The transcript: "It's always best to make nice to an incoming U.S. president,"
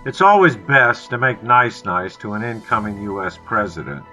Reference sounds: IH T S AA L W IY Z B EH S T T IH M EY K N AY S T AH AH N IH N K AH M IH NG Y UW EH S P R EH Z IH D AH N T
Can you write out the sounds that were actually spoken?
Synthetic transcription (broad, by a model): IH T S AA L W IY Z B EH S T T IH M EY K N AY S T AH AH N IH N K AH M IH NG Y UW EH S P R EH Z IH D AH N T